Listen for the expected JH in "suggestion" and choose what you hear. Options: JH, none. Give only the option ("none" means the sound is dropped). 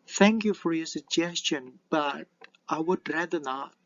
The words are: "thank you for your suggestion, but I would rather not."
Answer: JH